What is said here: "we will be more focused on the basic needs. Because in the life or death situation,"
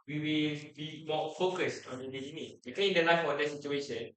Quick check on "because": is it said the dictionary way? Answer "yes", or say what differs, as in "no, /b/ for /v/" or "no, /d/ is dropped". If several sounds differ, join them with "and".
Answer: no, /z/ is dropped